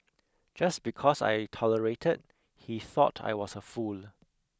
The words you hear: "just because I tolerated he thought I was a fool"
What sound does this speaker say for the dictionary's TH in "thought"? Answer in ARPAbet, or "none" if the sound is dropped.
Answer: TH